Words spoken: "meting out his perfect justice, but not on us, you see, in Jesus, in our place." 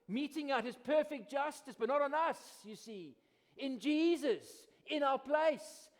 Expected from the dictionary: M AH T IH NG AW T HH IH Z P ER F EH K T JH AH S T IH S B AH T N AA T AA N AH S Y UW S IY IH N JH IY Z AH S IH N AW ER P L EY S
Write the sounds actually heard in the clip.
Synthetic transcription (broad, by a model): M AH T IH NG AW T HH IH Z P ER F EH K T JH AH S T IH S B AH T N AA T N AH S Y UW S IY IH N JH IY Z AH S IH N AW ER P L EY S